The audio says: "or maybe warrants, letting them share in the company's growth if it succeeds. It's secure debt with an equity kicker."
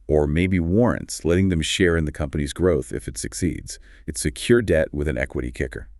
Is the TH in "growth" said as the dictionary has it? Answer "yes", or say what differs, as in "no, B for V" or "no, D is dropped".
yes